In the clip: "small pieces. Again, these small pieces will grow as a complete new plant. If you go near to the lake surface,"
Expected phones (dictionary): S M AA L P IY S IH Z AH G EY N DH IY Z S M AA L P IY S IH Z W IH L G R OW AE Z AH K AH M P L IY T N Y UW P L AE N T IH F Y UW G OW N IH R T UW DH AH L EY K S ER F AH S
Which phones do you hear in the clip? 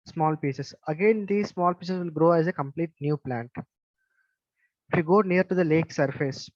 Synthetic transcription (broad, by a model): S M AA L P IY S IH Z AH G EY N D IY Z S M AA L P IY S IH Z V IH L G R OW AE Z AH K AH M P L IY T N Y UW P L AE N T IH F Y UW G OW N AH R T UW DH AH L EY K S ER F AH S